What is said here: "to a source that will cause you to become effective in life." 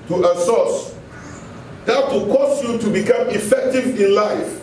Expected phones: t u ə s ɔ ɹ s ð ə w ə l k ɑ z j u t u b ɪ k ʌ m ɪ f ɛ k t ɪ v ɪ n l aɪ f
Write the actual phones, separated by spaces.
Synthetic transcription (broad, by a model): t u ə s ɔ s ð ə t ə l k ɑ s j u t u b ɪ k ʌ m ɪ f ɛ k t ɪ v ɪ n l aɪ f